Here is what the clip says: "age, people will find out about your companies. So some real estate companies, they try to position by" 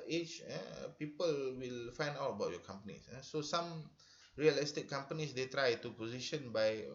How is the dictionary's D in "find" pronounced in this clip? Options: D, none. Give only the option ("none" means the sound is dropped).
D